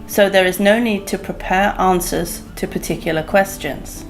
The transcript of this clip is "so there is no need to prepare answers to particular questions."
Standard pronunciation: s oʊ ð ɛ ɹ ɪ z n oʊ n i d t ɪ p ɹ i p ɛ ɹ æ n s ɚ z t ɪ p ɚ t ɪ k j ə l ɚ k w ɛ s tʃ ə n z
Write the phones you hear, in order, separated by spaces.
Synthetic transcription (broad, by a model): s oʊ ð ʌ ɹ ɪ z n oʊ n i d t ɪ p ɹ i p ɛ ɹ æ n s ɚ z t ɪ p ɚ t ɪ k j l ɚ k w ɛ s tʃ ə n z